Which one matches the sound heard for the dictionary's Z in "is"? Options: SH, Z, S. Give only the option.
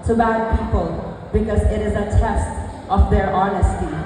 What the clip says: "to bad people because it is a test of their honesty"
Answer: Z